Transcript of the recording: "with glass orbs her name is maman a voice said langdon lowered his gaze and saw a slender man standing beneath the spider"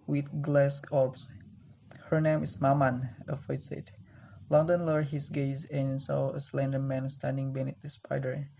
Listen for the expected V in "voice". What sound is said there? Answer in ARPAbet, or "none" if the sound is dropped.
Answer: F